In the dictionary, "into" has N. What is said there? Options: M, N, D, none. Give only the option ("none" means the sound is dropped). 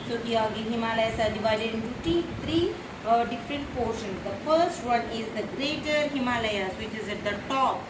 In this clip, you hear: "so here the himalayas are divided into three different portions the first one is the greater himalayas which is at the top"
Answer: none